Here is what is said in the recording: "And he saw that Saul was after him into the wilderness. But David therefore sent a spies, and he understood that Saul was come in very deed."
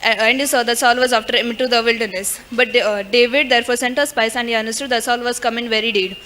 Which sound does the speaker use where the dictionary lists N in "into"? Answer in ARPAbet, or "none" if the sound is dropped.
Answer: none